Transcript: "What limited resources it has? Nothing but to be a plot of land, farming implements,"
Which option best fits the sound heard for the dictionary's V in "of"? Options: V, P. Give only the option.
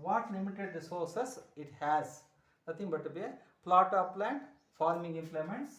P